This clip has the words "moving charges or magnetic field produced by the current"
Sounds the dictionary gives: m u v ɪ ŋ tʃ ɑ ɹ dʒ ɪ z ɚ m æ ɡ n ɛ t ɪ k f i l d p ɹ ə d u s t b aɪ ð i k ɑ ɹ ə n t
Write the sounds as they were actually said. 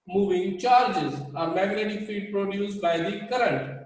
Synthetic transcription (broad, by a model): m u v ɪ ŋ tʃ ɑ ɹ dʒ ɪ z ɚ m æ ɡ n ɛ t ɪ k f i d p ɹ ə d u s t b aɪ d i k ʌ ɹ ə n t